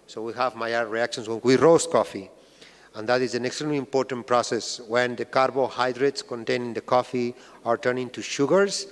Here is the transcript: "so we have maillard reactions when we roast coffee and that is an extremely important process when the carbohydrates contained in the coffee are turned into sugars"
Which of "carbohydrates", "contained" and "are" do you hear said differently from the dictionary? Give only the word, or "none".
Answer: contained